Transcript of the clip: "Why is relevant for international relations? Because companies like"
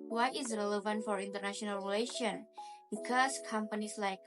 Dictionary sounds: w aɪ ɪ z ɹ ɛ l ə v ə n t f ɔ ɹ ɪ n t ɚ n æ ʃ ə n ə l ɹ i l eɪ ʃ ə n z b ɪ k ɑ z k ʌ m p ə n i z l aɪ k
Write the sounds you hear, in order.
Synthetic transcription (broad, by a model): w aɪ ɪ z ɹ ɛ l ə v ə n t f ɔ ɹ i n t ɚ n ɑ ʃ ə n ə l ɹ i l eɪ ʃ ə n b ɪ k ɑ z k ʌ m p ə n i s l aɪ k